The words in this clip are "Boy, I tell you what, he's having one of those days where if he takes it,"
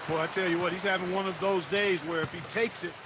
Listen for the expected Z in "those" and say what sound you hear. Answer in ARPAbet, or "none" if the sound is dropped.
Z